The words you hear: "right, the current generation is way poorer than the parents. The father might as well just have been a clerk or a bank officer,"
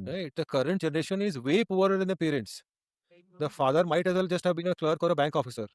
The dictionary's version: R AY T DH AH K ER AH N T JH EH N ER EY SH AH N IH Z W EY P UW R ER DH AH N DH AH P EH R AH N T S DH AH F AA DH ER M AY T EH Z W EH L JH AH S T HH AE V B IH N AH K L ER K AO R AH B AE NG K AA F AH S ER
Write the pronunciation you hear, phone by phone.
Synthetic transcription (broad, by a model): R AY T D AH K ER AH N T JH EH N ER EY SH AH N IH Z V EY P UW ER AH N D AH P EH R AH N T S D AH F AA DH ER M AY T EH Z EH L JH AH S T HH AE V B IH N AH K L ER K AO R AH B AE NG K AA F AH S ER